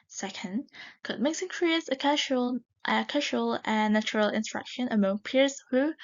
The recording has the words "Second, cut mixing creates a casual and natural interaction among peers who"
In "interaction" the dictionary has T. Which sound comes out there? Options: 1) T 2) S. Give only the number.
2